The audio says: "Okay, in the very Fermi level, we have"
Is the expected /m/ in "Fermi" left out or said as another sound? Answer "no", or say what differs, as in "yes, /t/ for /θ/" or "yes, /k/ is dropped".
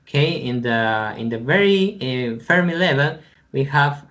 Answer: no